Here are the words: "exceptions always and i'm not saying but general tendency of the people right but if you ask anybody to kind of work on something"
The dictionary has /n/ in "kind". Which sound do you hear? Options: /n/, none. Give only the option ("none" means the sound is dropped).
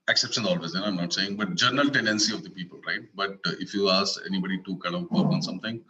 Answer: none